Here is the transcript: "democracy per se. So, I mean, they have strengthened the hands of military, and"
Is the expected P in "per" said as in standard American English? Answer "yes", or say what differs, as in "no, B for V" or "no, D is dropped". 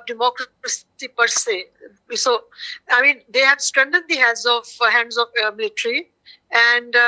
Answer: yes